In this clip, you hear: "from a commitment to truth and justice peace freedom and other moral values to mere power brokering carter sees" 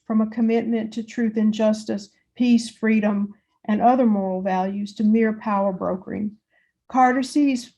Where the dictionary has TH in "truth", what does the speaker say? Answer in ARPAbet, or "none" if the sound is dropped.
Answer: TH